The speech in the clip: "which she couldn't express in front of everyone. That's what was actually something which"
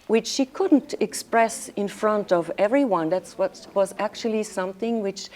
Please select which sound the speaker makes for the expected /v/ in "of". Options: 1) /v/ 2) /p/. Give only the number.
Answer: 1